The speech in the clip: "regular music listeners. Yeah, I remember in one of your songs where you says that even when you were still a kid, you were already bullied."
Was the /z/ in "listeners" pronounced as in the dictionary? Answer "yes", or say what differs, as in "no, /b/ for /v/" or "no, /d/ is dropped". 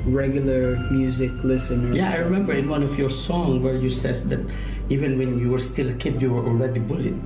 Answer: no, /z/ is dropped